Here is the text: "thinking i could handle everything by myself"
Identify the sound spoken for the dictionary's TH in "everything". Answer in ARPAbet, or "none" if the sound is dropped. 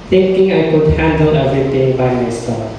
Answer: T